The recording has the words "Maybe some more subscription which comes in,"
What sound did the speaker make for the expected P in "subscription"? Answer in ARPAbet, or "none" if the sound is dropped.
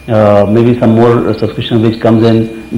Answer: none